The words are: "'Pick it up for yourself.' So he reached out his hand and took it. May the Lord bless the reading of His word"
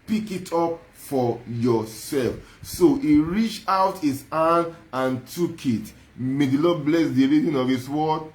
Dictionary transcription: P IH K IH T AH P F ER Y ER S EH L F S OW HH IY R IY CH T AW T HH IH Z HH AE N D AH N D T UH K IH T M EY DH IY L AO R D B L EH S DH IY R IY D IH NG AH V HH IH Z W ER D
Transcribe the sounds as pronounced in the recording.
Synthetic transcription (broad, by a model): P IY K IH T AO P F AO Y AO S EH L F S OW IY R IY CH T AW T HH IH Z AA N AH N T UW K IH T M EY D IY L AO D B L EH S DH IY R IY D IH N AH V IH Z W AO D